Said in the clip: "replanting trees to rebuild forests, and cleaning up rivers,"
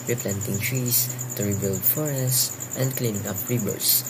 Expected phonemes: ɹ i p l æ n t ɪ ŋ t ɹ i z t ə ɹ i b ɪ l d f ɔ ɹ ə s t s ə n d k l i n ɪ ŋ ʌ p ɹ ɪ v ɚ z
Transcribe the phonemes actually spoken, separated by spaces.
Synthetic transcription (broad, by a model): ɹ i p l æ n t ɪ ŋ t ɹ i s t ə ɹ i b ɪ l d f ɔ ɹ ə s t ə n d k l i n ɪ ŋ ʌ p ɹ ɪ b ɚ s